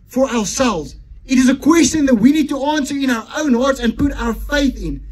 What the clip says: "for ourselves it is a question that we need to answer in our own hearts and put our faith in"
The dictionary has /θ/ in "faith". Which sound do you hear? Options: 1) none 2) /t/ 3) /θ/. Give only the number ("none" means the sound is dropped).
3